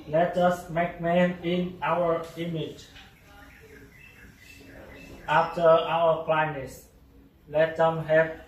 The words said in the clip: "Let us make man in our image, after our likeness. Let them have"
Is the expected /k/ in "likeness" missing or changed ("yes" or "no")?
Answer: yes